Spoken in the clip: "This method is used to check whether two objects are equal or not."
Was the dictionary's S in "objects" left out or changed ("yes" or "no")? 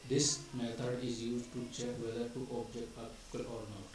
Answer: yes